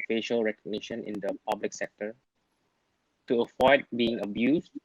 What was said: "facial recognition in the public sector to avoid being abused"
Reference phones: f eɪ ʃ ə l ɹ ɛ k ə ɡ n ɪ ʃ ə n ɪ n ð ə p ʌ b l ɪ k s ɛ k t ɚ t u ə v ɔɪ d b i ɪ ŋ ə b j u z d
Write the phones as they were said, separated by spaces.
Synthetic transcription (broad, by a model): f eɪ ʃ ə l ɹ ɛ k ə ɡ n ɪ ʃ ə n ɪ n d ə p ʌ b l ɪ k s ɛ k t ɚ t u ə f ɔɪ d b i ɪ ŋ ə b j u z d